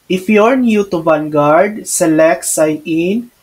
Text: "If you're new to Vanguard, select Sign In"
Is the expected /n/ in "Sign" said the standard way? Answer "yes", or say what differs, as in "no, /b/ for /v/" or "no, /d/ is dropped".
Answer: no, /n/ is dropped